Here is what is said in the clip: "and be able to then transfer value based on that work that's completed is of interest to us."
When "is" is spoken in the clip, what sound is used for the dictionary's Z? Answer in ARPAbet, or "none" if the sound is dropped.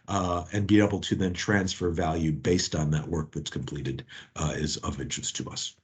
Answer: Z